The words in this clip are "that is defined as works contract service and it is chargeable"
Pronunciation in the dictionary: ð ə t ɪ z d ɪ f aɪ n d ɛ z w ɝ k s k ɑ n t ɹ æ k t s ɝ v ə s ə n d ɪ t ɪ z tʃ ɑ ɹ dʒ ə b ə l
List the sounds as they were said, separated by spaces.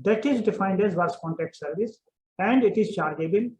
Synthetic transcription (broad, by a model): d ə t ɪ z d ɪ f aɪ n d ɛ z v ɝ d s k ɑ n t æ k t s ɝ v ə s ə n d ɪ t ɪ z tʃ ɑ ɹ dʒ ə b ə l